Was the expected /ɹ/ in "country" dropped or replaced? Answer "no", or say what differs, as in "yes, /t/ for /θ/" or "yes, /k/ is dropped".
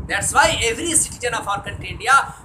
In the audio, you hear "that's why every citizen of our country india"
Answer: yes, /ɹ/ is dropped